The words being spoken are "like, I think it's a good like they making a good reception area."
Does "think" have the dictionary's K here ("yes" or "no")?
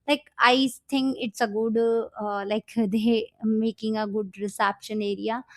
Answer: no